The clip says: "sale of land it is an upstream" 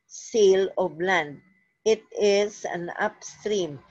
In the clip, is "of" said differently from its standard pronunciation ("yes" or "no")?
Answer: yes